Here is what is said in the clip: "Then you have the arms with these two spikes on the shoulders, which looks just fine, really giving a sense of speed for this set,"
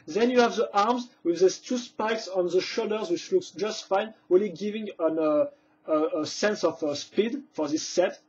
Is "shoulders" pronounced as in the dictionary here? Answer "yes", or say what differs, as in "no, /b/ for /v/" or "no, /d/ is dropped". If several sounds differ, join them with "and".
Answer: no, /l/ is dropped